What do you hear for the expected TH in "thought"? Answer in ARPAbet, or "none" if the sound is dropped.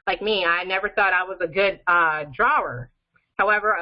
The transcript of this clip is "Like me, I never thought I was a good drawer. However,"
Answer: TH